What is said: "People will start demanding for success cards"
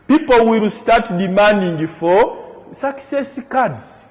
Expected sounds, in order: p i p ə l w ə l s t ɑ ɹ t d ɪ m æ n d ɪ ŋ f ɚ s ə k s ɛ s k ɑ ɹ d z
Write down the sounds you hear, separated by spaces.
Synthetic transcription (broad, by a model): p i p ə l w ə l s t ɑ t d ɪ m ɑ n d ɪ ŋ f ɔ s ə k s ɛ s k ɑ d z